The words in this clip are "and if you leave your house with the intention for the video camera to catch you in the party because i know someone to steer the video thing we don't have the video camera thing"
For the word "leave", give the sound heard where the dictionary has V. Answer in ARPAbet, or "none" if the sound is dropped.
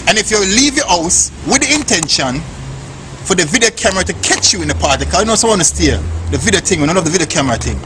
V